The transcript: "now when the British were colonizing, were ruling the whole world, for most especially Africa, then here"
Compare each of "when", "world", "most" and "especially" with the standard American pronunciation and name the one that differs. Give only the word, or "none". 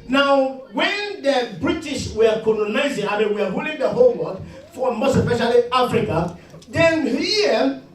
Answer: world